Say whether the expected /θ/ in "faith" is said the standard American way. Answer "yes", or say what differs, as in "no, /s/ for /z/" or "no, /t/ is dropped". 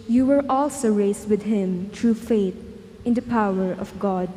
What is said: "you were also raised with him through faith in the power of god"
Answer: no, /t/ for /θ/